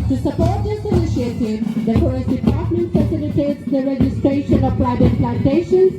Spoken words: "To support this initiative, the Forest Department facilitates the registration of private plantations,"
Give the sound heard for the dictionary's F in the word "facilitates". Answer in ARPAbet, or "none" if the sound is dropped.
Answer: F